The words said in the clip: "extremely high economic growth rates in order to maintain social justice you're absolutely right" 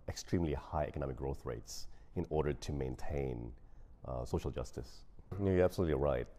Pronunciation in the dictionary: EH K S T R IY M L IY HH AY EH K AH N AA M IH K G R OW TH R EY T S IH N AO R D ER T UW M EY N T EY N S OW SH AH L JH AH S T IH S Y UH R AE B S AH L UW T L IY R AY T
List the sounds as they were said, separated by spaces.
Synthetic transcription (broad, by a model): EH K S T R IY M L IY HH AY EH K AH N AA M IH K G R OW TH R EY T S IH N AO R D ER T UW M EY N T EY N S OW SH AH L JH AH S T IH S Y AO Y AE B S AH L UW T L IY R AY T